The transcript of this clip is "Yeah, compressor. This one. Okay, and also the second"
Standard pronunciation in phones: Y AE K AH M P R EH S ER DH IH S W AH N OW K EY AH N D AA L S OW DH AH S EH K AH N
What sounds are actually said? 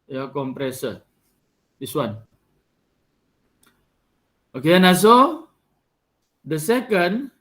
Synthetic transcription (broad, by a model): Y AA K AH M P R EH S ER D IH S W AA N OW K EY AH N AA S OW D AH S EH K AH N